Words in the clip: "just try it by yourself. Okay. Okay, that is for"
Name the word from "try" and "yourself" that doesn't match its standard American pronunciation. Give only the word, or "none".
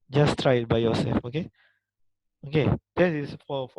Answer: yourself